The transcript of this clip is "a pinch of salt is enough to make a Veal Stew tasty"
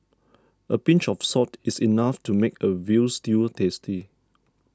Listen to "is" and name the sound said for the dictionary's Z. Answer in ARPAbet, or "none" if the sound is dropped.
S